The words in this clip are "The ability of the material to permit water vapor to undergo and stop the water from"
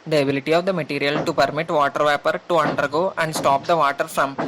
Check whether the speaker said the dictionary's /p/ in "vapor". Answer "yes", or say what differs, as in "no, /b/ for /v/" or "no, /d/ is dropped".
yes